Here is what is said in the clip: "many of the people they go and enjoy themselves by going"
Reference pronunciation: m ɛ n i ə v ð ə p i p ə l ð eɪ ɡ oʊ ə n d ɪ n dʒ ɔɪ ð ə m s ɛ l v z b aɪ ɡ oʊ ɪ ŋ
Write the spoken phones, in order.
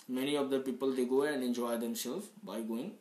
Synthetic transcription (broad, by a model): m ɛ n i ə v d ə p i p ə l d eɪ ɡ oʊ ə n d ɪ n dʒ ɔɪ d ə m s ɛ l z b aɪ ɡ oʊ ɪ ŋ